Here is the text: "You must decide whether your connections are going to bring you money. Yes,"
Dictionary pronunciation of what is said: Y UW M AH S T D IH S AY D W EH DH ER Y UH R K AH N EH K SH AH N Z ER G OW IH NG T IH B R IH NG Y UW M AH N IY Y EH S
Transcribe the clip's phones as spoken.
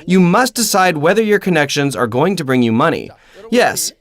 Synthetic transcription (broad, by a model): Y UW M AH S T D IH S AY D W EH DH ER Y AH R K AH N EH K SH AH N Z ER G OW IH NG T IH B R IH NG Y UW M AH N IY Y EH S